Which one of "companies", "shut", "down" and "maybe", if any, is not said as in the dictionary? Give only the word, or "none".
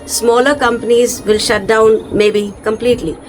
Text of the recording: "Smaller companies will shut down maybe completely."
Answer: none